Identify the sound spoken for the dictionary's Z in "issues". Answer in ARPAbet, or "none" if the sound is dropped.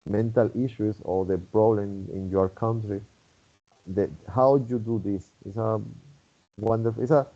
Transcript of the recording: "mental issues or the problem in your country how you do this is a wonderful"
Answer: S